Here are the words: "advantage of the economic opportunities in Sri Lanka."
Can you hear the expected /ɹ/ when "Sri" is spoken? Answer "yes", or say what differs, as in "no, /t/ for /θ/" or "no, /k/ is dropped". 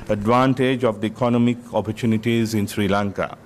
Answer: yes